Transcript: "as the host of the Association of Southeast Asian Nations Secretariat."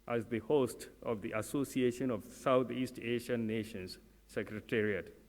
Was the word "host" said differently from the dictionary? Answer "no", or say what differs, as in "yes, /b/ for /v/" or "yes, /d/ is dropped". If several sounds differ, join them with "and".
no